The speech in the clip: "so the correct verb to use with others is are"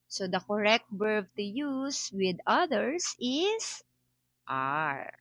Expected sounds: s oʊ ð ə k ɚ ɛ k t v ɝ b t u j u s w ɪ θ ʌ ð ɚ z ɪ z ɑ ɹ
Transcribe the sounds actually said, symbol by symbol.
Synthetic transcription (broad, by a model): s oʊ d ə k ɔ ɛ k t b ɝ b t u j u s w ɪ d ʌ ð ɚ s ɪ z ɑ ɹ